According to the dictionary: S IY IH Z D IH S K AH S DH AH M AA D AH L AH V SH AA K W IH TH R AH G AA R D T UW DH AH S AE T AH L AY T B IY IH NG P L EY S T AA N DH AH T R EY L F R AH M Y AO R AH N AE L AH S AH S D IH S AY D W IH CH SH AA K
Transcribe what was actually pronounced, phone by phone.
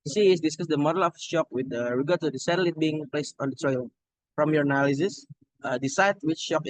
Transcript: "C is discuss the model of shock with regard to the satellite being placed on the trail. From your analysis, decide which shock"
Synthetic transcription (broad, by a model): S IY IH S D IH S K AH S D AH M AA D AH L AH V SH AA K W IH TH R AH G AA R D T UW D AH S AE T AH L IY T B IY IH NG P L EY S T AA N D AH T R EY L F R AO M Y AO R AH N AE L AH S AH S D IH S AY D W IH CH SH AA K